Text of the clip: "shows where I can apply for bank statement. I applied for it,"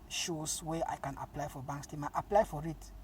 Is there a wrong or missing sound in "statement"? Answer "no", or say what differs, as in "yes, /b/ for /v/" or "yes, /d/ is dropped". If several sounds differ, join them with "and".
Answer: yes, /n/ is dropped